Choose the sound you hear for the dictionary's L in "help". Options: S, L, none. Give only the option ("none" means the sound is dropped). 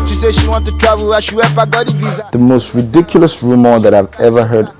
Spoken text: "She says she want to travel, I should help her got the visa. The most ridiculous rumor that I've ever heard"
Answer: none